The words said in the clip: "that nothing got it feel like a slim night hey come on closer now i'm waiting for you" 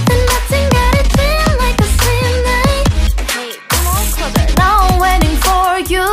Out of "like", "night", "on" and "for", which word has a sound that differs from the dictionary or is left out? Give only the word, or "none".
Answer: on